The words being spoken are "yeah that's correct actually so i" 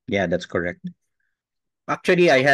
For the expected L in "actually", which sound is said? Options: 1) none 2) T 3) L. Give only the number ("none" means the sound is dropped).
1